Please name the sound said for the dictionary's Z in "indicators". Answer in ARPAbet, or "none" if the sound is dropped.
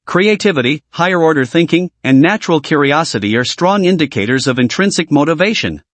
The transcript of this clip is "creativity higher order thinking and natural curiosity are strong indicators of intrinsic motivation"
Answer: Z